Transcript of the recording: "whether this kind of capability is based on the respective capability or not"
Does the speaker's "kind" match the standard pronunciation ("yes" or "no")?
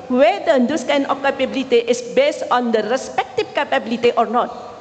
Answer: no